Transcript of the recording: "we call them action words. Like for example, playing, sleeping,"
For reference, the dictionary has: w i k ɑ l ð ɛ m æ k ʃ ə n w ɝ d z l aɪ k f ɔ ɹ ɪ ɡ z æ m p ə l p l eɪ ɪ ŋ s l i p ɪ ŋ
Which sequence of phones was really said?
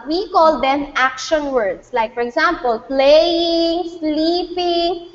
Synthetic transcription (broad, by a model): w i k ɑ l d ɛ m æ k ʃ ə n w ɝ d s l aɪ k f ɔ ɹ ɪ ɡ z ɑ m p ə l p l eɪ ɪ ŋ s l i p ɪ ŋ